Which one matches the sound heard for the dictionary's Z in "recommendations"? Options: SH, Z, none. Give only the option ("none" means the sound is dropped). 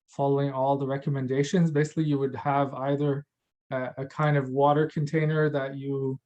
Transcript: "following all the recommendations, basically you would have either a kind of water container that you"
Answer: Z